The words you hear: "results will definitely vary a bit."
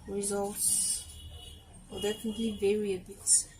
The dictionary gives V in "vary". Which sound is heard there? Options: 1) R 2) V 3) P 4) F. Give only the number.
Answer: 2